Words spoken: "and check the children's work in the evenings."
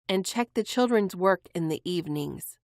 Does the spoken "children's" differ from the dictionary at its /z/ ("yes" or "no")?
no